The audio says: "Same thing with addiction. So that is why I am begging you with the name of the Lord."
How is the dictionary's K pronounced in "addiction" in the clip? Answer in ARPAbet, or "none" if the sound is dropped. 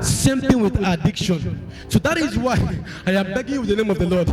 K